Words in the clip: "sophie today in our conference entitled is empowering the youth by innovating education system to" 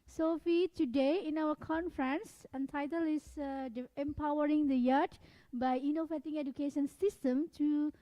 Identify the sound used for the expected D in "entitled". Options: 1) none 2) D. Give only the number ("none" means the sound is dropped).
1